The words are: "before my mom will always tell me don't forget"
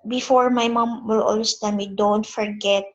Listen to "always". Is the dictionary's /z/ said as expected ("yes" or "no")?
no